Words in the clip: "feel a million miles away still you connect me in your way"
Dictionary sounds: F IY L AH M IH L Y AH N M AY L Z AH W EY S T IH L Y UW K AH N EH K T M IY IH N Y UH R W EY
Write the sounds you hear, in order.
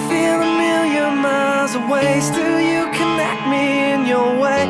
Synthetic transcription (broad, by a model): F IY L AH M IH L Y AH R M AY Z AH W EY S T IH L Y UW K AH N EH K T M IY IH N Y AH R W EY